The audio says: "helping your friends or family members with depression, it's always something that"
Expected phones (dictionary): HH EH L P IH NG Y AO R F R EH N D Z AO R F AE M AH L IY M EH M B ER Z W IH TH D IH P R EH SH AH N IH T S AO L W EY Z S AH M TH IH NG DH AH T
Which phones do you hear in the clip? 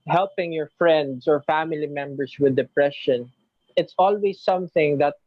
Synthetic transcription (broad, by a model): HH EH L P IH NG Y AO R F R EH N D S AO R F AE M AH L IY M EH M B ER S W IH D IH P R EH SH AH N IH T S AO L W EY S AH M TH IH NG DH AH T